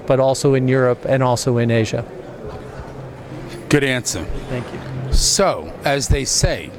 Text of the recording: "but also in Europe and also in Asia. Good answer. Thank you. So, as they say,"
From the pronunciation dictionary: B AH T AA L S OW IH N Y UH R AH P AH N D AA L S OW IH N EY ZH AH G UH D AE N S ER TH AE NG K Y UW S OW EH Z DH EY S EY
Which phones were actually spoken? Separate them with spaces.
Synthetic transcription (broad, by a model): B AH T AA L S OW IH N Y UH R AH P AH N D AA L S OW IH N EY ZH AH G UH D AE N S ER TH AE NG K Y UW S OW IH Z DH EY S EY